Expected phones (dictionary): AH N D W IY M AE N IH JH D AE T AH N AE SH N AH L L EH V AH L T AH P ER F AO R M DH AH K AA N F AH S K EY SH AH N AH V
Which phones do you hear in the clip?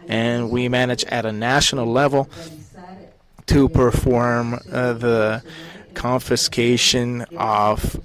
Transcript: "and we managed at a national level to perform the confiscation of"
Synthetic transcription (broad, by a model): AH N W IY M AE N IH JH IH T AH N AE SH N L L EH V L T AH P ER F AO R M DH AH K AA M F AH S K EY SH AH N AH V